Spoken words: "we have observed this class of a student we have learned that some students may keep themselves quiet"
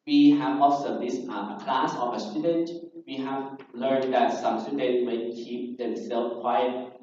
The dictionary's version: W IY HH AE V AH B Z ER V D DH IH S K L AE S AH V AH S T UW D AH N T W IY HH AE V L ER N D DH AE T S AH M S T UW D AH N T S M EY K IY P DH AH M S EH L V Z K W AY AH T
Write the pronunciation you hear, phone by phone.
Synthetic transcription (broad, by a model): W IY HH AE V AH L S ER D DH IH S K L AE S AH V AH S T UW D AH N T W IY HH AE V L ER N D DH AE T S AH M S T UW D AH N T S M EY K IY P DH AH M S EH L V K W AY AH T